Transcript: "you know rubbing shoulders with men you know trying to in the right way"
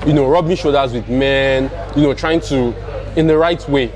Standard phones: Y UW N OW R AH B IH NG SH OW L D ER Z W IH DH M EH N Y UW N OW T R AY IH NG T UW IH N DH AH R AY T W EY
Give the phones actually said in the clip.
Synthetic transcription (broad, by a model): Y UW N OW R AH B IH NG SH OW D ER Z W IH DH M EH N Y UW N OW T R AY IH NG T UW IH N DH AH R AY T W EY